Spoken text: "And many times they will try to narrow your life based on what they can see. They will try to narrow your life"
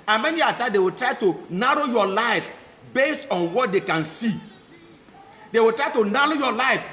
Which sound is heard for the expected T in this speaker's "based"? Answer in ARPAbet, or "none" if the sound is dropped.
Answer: T